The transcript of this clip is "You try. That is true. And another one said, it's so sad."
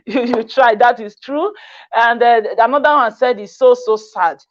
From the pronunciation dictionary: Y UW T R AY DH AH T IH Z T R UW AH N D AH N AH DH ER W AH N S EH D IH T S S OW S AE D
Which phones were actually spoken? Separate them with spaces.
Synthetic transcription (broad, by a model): Y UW T R AY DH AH T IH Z T R UW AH N D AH N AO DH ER W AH N S EH D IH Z S S OW S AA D